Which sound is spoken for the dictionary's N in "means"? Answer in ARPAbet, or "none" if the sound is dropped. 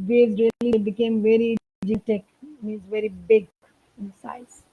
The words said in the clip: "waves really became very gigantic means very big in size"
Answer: none